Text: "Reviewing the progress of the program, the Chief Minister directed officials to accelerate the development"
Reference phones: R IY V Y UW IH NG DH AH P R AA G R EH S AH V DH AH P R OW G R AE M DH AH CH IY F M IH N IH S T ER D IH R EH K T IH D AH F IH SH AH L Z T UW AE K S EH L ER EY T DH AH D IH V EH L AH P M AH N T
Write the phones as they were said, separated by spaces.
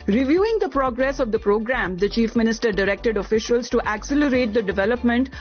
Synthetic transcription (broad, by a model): R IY V Y UW IH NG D AH P R AA G R EH S AH V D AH P R OW G R AE M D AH CH IY F M IH N IH S T ER D IH R EH K T IH D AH F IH SH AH L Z T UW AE K S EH L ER EY T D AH D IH V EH L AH P M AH N T